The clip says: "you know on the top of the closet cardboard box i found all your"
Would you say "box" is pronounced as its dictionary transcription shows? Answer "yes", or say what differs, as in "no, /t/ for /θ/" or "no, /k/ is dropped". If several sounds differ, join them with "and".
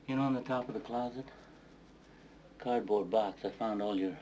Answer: yes